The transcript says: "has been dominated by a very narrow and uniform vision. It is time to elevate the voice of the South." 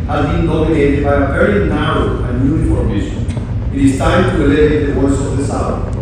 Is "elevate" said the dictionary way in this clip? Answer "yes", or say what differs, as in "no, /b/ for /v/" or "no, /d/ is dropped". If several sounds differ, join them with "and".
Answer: no, /v/ is dropped